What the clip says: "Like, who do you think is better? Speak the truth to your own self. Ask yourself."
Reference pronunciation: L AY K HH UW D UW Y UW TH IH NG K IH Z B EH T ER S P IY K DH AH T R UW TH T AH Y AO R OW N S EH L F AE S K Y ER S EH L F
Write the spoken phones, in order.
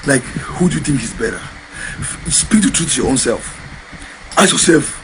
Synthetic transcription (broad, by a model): L AY K HH UW D UW Y UW TH IH NG K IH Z B EH T ER S P IY K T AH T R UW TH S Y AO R OW N S EH L F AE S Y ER S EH L F